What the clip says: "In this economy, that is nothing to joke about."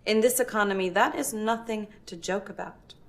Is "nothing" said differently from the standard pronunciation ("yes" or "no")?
no